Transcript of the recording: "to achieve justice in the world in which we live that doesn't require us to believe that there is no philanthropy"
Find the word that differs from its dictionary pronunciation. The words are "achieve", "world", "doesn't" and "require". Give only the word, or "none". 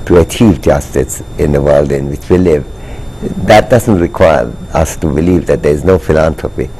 none